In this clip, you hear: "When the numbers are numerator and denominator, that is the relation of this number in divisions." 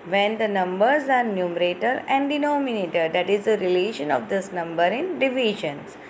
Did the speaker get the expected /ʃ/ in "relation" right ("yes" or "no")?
yes